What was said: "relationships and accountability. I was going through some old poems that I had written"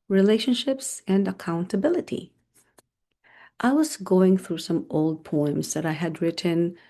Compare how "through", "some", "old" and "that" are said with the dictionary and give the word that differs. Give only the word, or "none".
none